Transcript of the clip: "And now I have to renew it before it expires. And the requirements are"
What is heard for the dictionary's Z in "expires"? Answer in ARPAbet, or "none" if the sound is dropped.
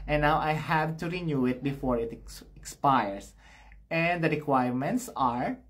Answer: S